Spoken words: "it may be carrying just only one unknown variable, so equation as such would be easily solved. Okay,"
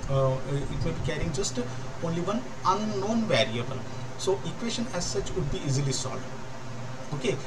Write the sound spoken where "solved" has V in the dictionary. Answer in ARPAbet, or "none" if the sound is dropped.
none